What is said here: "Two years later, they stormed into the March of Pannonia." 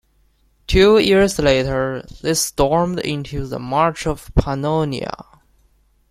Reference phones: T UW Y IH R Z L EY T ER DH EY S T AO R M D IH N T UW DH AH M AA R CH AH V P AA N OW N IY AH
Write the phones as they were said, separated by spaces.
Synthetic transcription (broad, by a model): T UW Y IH R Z L EY T ER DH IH S T AO R M D IH N T UW DH AH M AA R CH AH V P AA N OW N IY AH